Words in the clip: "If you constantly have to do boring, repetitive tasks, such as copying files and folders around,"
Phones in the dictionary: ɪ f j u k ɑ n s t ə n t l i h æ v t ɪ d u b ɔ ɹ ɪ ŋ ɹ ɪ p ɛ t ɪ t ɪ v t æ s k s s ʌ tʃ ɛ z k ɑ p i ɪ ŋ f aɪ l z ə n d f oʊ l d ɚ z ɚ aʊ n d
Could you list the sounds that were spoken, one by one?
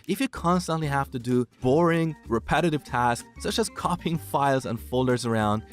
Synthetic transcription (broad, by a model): ɪ f j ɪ k ɑ n s t ə n t l i h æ f t ɪ d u b ɔ ɹ ɪ ŋ ɹ ɪ p ɛ t ɪ t ɪ v t æ s k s s ʌ tʃ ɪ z k ɑ p ɪ ŋ f aɪ l z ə n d f oʊ l d ɚ z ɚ aʊ n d